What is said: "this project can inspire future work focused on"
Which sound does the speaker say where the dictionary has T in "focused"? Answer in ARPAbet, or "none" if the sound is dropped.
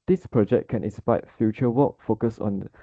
none